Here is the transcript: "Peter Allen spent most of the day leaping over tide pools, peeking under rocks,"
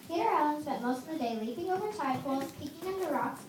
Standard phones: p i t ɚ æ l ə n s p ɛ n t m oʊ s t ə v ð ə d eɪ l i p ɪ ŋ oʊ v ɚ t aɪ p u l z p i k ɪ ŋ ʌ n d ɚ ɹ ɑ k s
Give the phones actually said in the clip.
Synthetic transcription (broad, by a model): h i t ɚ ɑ ə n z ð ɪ t m oʊ s t ə v ð ə d eɪ l i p ɪ ŋ oʊ v ɚ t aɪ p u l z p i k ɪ ŋ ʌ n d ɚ ɹ ɑ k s